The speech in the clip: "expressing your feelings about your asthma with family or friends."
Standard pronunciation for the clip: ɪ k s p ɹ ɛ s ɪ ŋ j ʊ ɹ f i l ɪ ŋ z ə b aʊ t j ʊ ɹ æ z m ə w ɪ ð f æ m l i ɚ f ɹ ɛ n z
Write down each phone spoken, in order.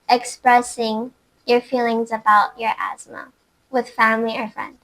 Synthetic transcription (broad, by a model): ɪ k s p ɹ ɛ s ɪ ŋ j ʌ ɹ f i l ɪ ŋ z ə b aʊ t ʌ ɹ æ z m ə w ɪ ð f æ m l i ɚ f ɹ ɛ n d